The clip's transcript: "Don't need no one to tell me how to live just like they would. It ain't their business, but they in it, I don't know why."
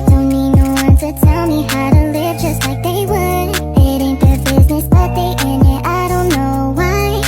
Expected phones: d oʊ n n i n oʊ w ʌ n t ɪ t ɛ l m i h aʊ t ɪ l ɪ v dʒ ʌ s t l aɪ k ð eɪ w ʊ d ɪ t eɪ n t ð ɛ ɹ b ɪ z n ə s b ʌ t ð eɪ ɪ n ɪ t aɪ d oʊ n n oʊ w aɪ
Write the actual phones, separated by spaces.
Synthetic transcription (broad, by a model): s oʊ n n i n oʊ w ʌ n t ɪ t ɛ l m i h aʊ t ɪ l ɪ v dʒ ʌ s t l aɪ k ð eɪ w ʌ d ɪ t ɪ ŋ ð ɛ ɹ b ɪ z n ə s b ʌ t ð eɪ ɪ n ɪ t aɪ d oʊ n n oʊ w aɪ